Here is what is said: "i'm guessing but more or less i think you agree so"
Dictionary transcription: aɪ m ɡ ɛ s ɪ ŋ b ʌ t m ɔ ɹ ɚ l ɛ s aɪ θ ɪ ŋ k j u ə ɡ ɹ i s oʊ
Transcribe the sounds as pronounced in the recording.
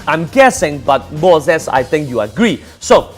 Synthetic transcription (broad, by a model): aɪ m ɡ ɛ s ɪ ŋ b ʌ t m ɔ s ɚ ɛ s aɪ t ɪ ŋ k j u ə ɡ ɹ i s oʊ